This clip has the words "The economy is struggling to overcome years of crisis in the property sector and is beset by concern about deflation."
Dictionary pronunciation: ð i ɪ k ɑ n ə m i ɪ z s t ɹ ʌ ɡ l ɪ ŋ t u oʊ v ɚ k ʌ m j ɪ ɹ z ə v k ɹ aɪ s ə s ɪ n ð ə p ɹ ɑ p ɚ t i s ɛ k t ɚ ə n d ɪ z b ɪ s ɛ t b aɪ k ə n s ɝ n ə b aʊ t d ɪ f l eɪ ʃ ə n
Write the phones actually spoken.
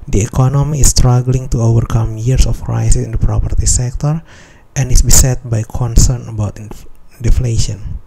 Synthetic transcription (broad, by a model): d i ɪ k ɑ n ə m i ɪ s t ɹ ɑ ɡ l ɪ ŋ t u oʊ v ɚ k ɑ m j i ɹ s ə f k ɹ aɪ s ə s ɪ n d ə p ɹ ɑ p ɚ t i s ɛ k t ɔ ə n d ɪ s b ɪ s ɛ t b aɪ k ə n s ɝ n ə b aʊ t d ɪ f l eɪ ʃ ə n